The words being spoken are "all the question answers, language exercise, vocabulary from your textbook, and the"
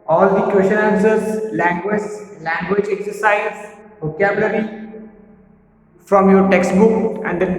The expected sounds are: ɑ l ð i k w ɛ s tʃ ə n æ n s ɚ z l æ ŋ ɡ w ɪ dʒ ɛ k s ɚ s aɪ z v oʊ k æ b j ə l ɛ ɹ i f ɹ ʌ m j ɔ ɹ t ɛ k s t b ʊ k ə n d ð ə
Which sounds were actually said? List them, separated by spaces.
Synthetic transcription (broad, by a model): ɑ l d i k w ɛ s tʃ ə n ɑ s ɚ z l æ ŋ ɡ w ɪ dʒ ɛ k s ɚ s aɪ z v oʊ k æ b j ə l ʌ ɹ i f ɹ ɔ m j ɔ ɹ t ɛ k s t b ʊ k ə n d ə